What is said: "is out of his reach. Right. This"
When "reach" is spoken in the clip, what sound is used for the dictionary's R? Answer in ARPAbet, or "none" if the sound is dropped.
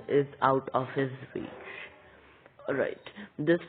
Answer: W